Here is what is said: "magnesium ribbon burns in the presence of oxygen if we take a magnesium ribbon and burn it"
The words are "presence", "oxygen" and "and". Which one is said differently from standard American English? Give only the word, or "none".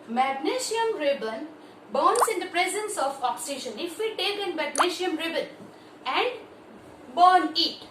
oxygen